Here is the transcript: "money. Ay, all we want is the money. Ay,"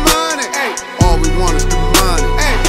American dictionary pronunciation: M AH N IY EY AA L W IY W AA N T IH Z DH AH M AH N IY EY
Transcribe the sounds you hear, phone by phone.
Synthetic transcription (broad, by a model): M AH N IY EY AA L W IY W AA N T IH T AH M AH N IY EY